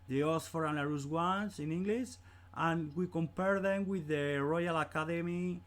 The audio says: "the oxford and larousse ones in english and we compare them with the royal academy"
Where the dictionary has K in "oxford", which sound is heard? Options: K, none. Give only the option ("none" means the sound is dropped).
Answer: none